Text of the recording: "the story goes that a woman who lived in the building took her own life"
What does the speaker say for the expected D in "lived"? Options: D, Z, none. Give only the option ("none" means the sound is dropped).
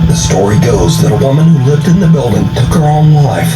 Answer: D